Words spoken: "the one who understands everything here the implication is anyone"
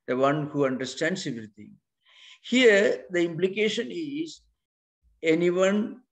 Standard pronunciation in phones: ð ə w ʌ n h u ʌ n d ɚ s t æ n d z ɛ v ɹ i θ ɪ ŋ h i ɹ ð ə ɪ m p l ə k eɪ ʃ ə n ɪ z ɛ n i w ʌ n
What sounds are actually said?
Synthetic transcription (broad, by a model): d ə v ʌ n h u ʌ n d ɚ s t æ n d s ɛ v ɹ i t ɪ ŋ h i ɹ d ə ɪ m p l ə k eɪ ʃ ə n ɪ z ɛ n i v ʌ n